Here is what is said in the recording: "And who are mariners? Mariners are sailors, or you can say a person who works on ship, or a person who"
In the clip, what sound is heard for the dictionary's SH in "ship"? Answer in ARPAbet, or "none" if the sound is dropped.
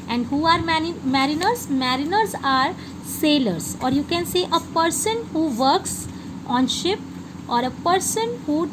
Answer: SH